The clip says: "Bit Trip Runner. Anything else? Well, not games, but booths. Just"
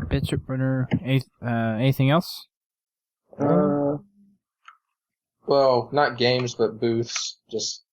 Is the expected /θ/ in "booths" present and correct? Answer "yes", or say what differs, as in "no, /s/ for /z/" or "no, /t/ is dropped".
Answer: yes